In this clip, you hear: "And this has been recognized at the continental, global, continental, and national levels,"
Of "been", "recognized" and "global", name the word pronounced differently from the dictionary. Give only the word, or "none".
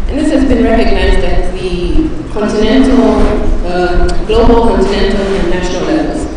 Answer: none